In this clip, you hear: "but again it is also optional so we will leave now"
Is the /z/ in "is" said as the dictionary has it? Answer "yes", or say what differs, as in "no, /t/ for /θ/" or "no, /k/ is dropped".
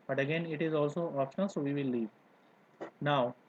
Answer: yes